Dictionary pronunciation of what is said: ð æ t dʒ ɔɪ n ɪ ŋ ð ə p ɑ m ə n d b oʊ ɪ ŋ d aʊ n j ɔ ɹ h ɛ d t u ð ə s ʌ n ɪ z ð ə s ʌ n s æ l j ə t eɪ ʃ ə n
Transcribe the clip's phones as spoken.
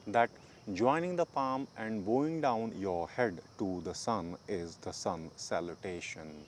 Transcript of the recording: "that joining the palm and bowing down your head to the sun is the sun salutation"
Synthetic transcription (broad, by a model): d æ t dʒ ɔɪ n ɪ ŋ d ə p ɑ m ə n d b oʊ ɪ ŋ d aʊ n j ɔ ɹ h ɛ d t u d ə s ʌ n ɪ z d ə s ʌ n s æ l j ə t eɪ ʃ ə n